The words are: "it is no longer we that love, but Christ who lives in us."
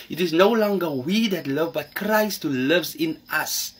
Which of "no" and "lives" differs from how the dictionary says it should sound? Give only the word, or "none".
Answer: none